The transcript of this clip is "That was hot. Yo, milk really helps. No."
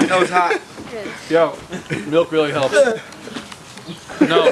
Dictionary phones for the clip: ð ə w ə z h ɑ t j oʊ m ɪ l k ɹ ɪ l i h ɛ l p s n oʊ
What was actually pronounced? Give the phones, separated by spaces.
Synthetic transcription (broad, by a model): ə w ə z h ɑ t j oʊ m ɪ l k ɹ ɪ l i h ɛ l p n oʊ